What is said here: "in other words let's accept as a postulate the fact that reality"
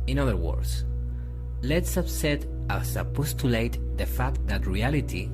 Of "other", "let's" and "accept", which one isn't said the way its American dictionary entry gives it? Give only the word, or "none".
accept